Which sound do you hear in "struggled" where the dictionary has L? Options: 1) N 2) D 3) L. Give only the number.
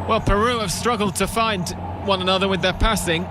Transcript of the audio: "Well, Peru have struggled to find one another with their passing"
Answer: 3